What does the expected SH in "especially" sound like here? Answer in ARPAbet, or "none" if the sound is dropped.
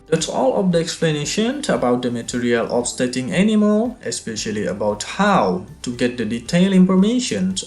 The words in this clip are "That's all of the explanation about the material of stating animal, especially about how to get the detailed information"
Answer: SH